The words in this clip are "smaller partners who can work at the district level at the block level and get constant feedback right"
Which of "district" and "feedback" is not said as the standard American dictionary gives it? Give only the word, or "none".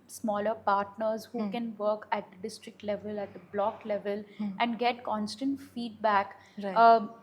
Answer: none